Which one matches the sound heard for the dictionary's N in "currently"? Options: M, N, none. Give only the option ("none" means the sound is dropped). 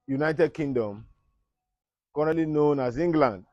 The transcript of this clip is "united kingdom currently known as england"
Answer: none